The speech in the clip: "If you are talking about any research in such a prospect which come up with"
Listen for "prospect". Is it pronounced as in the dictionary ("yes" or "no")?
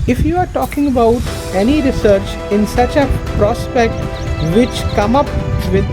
yes